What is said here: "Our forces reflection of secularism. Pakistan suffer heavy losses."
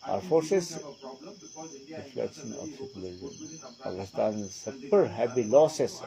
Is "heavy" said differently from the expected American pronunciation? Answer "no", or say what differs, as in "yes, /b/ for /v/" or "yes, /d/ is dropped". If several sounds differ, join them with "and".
yes, /b/ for /v/